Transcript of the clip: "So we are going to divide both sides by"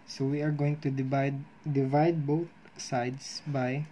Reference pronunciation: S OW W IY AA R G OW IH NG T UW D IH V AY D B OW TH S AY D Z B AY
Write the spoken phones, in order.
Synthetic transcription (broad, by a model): S OW W IY AA R G OW IH NG T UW D IH V AY D B OW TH S AY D S B AY